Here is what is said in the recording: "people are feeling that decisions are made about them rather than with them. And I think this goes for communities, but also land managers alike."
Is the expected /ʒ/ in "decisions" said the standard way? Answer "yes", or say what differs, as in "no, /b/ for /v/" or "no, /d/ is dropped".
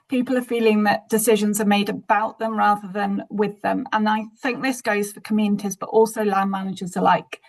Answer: yes